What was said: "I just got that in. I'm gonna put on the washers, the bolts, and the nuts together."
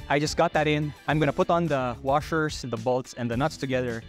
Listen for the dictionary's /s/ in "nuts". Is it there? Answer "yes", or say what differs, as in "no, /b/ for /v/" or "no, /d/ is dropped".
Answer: yes